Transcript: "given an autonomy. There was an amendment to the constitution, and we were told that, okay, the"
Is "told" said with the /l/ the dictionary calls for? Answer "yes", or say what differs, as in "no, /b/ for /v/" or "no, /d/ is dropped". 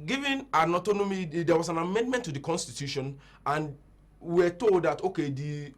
yes